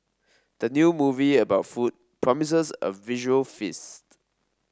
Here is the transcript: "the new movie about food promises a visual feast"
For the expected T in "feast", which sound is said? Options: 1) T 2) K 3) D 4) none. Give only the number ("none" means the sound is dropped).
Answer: 1